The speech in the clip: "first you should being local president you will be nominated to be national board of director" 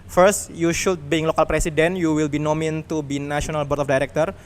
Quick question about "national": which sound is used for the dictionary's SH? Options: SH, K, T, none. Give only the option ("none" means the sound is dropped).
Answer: none